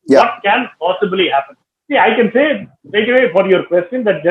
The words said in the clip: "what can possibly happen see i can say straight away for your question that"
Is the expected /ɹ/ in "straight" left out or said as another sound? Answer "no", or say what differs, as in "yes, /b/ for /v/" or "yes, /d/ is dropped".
yes, /ɹ/ is dropped